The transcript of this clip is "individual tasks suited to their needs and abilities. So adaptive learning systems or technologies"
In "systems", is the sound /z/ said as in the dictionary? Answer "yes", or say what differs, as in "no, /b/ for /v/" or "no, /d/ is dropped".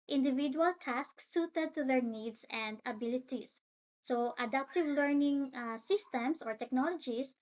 no, /s/ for /z/